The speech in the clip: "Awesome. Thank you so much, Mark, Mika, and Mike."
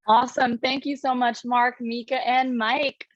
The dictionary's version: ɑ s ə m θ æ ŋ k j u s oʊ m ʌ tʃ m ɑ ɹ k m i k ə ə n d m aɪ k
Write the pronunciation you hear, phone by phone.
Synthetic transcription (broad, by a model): ɑ s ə m θ æ ŋ k j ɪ s oʊ m ʌ tʃ m ɑ ɹ k m i k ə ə n m aɪ k